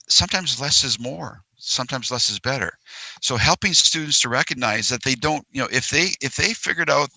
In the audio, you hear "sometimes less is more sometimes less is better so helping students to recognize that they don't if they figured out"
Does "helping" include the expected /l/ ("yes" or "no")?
yes